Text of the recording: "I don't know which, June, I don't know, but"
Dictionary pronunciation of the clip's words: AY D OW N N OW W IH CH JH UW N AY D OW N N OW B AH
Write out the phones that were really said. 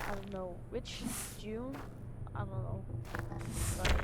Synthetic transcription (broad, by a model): AY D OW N N OW W IH CH Z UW AY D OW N N OW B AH